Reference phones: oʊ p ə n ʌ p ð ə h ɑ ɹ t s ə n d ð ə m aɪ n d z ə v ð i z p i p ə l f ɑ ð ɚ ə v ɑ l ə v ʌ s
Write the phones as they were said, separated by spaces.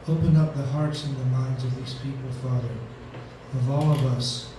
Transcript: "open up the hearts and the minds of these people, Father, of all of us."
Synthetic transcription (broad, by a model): oʊ p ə n ʌ p ð ə h ɑ ɹ t s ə n ð ə m aɪ n d z ə v ð i z p i p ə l f ɑ ð ɚ ə v ɑ l ə v ʌ s